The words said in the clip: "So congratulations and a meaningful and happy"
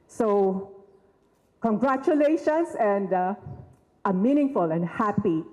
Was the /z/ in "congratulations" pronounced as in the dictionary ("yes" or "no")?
no